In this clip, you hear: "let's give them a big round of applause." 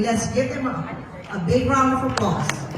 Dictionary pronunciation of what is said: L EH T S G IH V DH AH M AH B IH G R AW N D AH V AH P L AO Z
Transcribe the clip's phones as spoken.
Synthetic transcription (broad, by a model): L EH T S G IH V DH AH M AH B IH G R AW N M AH F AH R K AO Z